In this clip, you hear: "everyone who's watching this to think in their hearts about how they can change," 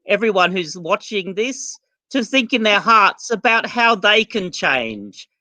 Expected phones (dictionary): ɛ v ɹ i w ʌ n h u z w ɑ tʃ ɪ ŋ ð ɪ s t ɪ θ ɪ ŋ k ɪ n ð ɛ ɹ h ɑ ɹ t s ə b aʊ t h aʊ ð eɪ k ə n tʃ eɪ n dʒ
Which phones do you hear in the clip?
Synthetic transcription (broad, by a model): ɛ v ɹ i w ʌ n h u z w ɑ tʃ ɪ ŋ ð ɪ s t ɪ θ ɪ ŋ k ɪ n ð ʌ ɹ h ɑ ɹ t s ə b aʊ t h aʊ ð eɪ k ə n tʃ eɪ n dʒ